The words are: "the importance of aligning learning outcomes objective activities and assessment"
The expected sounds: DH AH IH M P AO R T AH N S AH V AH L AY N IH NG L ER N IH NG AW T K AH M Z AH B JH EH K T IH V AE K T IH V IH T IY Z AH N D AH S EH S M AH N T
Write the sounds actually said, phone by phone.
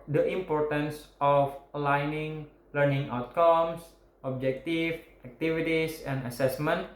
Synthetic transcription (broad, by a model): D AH IH M P AO R T AH N S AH F AH L AY N IH NG L ER N IH NG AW T K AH M S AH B JH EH K T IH F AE K T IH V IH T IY S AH N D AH S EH S M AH N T